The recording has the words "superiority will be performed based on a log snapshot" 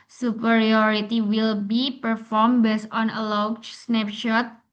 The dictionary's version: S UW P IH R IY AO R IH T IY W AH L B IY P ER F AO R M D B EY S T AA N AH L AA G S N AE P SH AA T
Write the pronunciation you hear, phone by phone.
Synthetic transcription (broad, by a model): S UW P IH R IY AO R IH T IY W AH L B IY P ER F AO R M B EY S AA N AH L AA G S N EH P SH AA T